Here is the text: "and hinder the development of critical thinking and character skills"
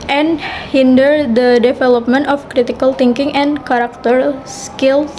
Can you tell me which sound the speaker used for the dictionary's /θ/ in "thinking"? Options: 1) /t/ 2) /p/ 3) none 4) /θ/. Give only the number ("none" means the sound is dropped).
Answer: 1